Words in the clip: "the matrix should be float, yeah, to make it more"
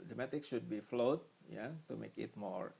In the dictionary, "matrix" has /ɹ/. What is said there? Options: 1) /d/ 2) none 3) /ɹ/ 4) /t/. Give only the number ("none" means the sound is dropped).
2